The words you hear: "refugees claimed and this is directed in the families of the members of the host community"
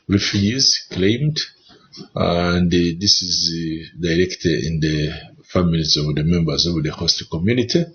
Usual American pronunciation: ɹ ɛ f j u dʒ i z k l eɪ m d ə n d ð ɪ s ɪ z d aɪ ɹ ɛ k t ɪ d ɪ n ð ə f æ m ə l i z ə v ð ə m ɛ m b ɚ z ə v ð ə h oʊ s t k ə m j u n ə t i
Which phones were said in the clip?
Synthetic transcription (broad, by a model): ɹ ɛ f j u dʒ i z k l eɪ m d ə n d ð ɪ s ɪ z d aɪ ɹ ɛ k t ɪ d ɪ n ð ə f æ m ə l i z ə v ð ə m ɛ m b ɚ z ə v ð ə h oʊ s t k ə m j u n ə t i